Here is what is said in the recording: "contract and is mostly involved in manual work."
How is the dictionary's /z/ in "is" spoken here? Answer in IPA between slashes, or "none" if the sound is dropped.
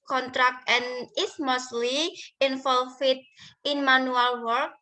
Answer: /s/